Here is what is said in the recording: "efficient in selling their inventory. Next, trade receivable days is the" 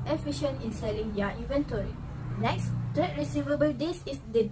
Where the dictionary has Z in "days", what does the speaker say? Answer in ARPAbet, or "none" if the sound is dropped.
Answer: S